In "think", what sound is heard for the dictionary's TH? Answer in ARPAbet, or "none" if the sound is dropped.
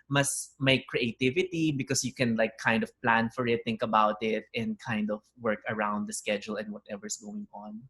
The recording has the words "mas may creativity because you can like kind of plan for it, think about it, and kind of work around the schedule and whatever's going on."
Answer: T